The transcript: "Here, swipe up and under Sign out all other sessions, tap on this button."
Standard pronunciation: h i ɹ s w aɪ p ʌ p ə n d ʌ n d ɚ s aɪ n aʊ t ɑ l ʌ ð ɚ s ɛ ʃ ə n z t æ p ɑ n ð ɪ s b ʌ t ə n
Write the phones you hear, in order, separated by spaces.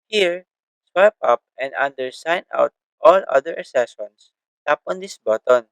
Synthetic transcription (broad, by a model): h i ɹ s w aɪ p ʌ p ə n d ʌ n d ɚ s aɪ n aʊ t ɑ l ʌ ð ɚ s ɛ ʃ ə n s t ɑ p ɑ n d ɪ s b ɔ t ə n